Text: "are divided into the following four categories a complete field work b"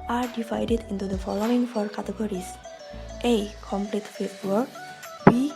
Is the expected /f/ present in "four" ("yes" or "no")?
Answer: yes